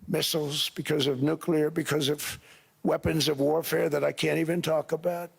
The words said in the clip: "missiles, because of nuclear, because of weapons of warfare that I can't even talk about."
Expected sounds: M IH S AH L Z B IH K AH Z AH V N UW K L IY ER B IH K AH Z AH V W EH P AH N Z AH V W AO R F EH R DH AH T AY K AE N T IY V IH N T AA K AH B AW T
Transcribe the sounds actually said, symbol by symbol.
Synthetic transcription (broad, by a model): M IH S L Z B IH K AH Z AH V N UW K L IY ER B IH K AH Z AH V W EH P AH N Z AH V W AO R F EH R DH AH T AY K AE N T IY V IH N T AA K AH B AW T